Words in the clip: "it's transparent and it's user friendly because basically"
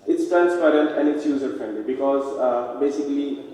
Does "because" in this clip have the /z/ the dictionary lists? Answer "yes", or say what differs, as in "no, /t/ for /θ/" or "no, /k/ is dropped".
yes